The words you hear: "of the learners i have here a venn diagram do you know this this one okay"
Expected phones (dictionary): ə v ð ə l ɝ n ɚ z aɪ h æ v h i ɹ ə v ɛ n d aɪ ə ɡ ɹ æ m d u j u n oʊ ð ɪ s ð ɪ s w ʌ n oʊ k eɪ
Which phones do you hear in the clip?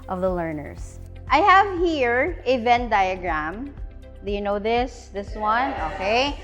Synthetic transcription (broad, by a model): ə v ð ə l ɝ n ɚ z aɪ h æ v h i ɹ ə v ɛ n d aɪ ə ɡ ɹ æ m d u j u n oʊ ð ɪ s ð ɪ s w ʌ n oʊ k eɪ